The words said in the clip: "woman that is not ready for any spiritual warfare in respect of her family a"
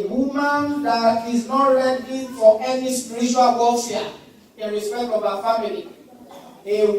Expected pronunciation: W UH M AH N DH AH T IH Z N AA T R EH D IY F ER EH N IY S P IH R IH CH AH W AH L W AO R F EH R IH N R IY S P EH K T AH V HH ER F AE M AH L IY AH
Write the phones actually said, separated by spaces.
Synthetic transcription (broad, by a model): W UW M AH N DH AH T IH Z N AA T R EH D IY F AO EH N IY S P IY R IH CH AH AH L W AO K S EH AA IH N R IY S P EH K T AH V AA F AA M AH L IY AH